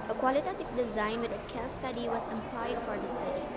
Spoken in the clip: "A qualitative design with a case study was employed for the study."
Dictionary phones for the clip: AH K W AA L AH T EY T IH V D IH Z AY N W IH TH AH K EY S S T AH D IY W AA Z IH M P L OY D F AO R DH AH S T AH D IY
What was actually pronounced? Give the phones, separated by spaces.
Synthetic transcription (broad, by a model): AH K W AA L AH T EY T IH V D IH Z AY N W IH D AH K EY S S T AH D IY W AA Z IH M P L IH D F AO R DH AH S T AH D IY